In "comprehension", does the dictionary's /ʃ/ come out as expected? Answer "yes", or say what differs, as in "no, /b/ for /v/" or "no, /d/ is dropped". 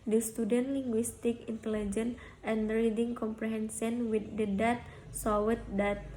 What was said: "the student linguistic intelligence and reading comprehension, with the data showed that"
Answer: no, /s/ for /ʃ/